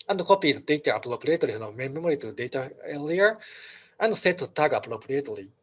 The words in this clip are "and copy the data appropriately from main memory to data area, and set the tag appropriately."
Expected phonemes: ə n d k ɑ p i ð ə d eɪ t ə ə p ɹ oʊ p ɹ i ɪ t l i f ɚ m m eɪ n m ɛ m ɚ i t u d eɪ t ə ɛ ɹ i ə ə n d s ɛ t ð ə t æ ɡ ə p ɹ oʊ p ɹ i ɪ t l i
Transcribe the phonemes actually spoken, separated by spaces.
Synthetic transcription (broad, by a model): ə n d k ɑ p i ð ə d eɪ t ə p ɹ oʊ p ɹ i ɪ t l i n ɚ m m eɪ m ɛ m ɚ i t u d eɪ t ə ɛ l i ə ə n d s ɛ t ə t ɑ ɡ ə p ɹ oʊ p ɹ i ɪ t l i